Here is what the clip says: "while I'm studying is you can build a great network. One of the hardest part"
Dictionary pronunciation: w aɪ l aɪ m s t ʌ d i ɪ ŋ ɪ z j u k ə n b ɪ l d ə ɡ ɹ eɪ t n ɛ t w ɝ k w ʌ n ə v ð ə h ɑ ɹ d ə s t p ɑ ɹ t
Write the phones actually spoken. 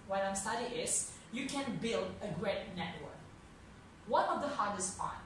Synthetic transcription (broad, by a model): w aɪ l aɪ m s t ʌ d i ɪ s j u k ə n b ɪ l d ə ɡ ɹ eɪ t n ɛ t w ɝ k w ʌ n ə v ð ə h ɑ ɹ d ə s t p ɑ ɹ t